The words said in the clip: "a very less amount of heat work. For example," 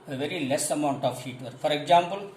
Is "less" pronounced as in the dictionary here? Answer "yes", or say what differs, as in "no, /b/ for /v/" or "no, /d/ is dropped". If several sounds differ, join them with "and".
yes